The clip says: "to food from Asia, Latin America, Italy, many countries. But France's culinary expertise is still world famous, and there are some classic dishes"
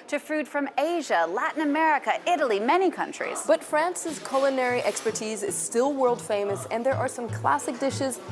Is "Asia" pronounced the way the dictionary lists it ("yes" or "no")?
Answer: yes